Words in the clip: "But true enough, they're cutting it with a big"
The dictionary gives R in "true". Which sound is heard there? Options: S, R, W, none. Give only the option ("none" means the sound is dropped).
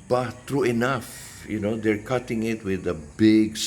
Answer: R